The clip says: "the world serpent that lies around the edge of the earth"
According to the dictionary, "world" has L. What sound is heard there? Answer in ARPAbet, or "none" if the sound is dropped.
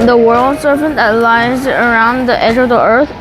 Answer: L